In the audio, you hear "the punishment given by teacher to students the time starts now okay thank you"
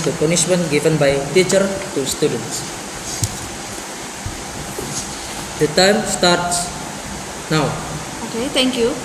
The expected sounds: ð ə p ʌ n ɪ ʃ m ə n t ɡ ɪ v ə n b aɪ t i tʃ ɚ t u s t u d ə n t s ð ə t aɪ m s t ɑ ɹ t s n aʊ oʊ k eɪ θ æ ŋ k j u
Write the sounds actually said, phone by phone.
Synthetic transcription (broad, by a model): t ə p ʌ n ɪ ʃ m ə n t ɡ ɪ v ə n b aɪ t i tʃ ɚ t u s t u d ə n t s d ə t aɪ m s t ɑ ɹ t s n aʊ oʊ k eɪ t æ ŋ k j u